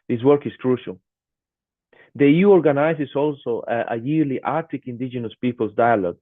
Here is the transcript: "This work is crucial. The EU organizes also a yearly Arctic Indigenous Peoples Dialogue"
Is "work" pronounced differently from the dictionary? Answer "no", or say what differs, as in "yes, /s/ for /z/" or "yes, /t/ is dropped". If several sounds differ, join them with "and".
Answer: no